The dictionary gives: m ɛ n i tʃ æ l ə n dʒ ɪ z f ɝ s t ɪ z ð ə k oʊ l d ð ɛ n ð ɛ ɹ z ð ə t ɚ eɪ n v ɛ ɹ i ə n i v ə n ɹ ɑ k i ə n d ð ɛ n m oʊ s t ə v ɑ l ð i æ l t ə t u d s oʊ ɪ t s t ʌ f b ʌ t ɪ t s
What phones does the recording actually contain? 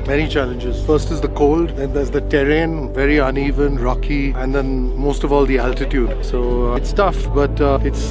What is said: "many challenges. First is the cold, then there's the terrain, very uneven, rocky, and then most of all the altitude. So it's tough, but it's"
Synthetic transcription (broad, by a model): m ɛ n i tʃ æ l ə n dʒ ɪ z f ɝ s t ɪ z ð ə k oʊ l d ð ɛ n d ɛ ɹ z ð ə t ɚ eɪ n v ɛ ɹ i ə n i v ə n ɹ ɑ k i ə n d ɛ n m oʊ s t ə v ɑ l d i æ l t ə t u d s oʊ ɪ t s t ʌ f b ʌ t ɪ t s